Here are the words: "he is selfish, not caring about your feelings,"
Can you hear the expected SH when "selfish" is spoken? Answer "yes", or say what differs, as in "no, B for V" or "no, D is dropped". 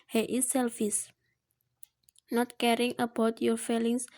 no, S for SH